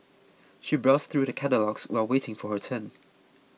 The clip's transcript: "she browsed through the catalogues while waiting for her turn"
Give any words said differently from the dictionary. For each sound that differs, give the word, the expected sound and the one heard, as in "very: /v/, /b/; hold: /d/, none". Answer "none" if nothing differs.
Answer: none